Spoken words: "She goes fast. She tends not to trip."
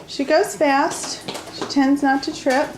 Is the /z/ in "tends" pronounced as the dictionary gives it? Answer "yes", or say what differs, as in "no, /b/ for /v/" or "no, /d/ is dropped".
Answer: yes